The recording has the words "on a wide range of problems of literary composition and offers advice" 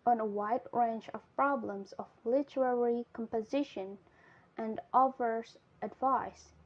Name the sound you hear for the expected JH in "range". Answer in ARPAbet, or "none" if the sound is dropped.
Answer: CH